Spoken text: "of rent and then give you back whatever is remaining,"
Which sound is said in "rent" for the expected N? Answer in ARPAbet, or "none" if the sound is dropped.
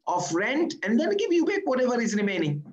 N